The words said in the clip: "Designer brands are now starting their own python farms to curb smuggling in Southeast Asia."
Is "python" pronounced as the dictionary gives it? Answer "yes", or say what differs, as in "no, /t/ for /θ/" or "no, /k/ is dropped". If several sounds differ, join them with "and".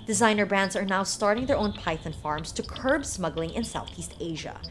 yes